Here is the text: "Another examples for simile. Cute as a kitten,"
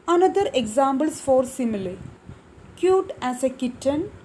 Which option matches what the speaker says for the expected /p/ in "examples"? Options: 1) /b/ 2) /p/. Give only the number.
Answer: 1